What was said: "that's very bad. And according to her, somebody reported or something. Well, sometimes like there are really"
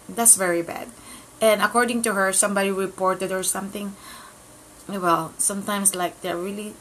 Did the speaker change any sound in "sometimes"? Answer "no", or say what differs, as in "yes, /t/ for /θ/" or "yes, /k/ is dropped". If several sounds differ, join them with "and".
yes, /s/ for /z/